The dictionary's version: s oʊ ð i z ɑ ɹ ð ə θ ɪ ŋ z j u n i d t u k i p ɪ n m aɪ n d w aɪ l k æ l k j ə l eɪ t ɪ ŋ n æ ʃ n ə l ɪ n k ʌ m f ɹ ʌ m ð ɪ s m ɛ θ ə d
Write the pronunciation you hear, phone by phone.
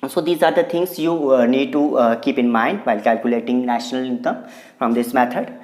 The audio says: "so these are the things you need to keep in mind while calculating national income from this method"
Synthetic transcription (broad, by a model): s oʊ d i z ɑ ɹ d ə t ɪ ŋ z j u n i d t u k i p ɪ n m aɪ n d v aɪ l k æ l k j ə l eɪ t ɪ ŋ n æ ʃ n ə l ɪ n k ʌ m f ɹ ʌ m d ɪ s m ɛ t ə d